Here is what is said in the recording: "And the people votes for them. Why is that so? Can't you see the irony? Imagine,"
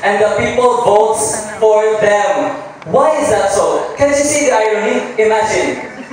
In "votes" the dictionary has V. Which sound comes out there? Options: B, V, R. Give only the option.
B